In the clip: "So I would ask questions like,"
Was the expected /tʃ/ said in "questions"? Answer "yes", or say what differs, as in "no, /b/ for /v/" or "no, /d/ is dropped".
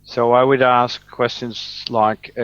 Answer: yes